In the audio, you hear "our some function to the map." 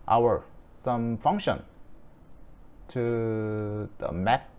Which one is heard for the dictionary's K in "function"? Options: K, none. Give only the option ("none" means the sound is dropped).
K